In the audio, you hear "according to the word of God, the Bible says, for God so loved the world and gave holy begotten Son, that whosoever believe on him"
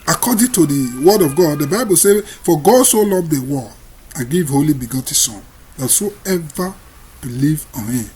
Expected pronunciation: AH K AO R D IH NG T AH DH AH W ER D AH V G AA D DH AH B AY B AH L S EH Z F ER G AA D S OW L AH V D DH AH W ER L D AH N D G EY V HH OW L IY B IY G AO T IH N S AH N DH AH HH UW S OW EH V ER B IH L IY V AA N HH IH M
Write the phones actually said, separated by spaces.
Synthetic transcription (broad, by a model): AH K AO D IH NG T AH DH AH W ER D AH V G AA D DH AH B AY B AH L S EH F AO G AA D S OW L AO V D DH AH W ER D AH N G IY V HH OW L IY B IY G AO T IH S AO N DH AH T S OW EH V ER B IH L IY V AA N HH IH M